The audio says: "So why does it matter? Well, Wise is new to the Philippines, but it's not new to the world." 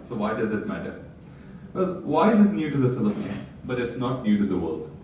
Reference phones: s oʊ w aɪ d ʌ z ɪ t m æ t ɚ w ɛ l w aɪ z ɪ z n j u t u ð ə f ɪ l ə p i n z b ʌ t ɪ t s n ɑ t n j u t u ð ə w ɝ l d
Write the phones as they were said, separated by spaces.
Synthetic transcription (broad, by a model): s oʊ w aɪ d ʌ z ɪ t m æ t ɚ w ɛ l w aɪ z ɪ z n j u t u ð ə f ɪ l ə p i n b ʌ t ɪ t s n ɑ t n j u t u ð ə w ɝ l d